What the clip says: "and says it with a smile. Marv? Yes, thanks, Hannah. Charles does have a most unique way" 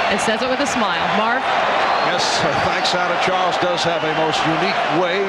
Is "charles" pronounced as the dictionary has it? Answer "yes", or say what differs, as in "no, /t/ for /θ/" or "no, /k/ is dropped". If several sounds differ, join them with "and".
yes